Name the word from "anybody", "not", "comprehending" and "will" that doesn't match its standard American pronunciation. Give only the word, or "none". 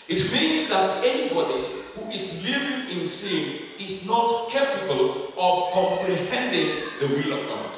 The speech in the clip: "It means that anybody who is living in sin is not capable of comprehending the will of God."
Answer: none